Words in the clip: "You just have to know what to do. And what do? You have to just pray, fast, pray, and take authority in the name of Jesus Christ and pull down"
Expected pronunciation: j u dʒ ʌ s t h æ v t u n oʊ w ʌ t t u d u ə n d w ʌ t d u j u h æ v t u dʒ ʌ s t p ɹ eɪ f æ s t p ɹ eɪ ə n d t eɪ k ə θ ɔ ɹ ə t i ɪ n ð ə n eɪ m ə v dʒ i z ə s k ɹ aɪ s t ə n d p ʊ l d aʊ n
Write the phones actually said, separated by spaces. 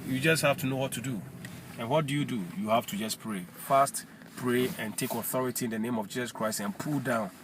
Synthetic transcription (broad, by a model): j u dʒ ʌ s t h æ f t u n oʊ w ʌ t t u d u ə n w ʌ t d u j u h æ f t u dʒ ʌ s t p ɹ eɪ f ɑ s t p ɹ eɪ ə n t eɪ k ə θ ɔ ɹ ə t i ɪ n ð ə n eɪ m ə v dʒ i s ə s k ɹ aɪ s t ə n p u l d aʊ n